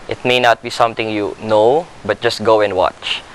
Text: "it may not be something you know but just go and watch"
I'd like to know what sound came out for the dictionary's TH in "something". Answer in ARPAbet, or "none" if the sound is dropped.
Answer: T